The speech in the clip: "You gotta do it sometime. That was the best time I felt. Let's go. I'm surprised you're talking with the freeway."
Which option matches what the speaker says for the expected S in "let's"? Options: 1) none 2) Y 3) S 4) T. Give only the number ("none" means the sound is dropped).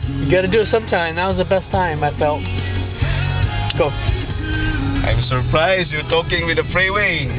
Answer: 1